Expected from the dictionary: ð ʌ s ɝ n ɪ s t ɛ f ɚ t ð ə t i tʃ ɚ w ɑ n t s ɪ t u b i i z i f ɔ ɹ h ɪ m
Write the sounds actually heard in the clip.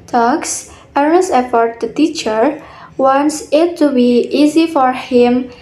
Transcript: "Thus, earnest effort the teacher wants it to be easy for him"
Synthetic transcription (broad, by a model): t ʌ s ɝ ɪ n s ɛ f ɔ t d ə t i tʃ ɚ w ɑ n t s ɪ t u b i i z i f ɔ ɹ h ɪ m